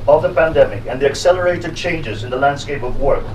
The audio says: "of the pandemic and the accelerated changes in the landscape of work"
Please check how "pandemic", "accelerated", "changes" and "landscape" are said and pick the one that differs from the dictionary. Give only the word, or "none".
none